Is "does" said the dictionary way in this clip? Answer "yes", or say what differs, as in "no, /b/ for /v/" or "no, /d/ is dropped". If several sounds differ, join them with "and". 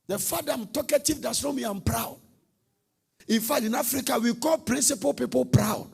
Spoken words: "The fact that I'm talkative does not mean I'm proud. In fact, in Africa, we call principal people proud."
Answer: no, /s/ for /z/